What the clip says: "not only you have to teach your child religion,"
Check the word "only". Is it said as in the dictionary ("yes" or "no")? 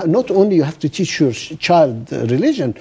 yes